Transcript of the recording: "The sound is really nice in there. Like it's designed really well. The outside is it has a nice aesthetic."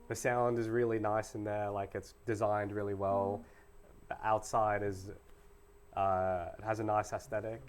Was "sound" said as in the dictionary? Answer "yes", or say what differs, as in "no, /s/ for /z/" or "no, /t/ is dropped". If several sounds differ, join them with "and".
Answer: yes